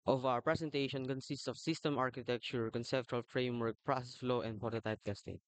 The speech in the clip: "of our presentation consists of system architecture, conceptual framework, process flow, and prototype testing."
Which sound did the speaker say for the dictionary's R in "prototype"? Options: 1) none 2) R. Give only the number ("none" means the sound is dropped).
1